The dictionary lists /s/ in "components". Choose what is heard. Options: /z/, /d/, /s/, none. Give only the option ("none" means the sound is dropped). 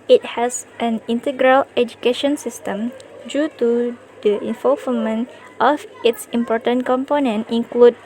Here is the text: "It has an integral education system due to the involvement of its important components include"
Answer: none